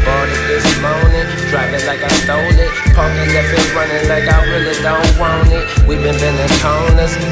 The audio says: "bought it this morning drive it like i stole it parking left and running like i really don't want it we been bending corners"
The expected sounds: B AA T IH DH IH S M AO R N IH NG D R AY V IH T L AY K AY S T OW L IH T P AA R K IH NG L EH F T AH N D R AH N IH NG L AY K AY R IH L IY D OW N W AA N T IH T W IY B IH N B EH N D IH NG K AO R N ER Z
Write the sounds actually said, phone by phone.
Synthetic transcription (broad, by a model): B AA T IH DH IH S M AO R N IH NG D R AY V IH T L AY K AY S T OW L IH T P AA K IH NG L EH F AH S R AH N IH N L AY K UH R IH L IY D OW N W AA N IH T W IY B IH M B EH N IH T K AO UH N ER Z